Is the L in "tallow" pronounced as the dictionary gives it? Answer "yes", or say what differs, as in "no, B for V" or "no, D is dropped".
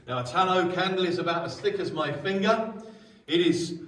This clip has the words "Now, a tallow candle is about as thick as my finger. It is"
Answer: no, N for L